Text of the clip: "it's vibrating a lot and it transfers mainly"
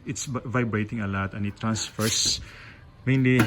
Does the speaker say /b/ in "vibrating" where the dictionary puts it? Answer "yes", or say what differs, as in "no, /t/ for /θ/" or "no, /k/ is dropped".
yes